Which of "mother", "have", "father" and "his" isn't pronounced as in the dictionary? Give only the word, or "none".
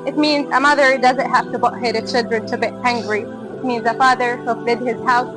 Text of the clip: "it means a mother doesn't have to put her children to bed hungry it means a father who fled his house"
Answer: have